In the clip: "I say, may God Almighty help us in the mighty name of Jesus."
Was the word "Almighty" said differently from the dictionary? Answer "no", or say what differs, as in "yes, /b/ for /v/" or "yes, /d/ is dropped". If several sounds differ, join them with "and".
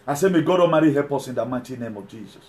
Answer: yes, /l/ is dropped